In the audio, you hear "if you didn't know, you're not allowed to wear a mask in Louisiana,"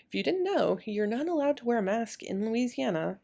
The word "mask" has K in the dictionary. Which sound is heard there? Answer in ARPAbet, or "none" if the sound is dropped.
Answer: K